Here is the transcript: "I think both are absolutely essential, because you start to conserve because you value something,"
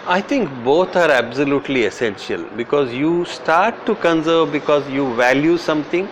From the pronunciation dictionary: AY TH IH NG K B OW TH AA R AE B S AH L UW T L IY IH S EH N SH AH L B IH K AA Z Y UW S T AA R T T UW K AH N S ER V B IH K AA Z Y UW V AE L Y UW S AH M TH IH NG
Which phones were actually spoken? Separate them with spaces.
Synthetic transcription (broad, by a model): AY T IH NG K B OW T AA R AE B S AH L UW T L IY IH S EH N SH AH L B IH K AA Z Y UW S T AA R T T UW K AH N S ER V B IH K AA Z Y UW V AE L Y UW S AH M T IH NG